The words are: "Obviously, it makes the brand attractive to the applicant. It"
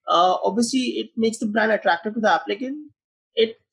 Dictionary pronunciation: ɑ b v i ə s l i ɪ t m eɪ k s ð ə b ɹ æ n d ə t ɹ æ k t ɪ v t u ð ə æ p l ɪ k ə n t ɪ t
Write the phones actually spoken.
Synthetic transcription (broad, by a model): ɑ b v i ə s l i ɪ t m eɪ k s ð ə b ɹ æ n d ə t ɹ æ k t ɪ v t u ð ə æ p l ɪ k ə n ɪ t